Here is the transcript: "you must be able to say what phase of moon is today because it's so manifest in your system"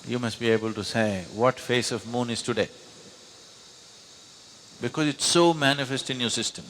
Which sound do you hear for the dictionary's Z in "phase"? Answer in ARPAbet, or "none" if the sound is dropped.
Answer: S